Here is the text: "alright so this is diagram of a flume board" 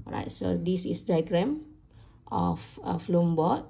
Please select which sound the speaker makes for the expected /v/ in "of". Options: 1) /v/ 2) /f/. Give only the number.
2